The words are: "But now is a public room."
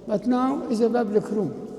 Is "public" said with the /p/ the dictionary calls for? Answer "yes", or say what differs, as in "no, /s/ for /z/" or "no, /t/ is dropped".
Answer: no, /b/ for /p/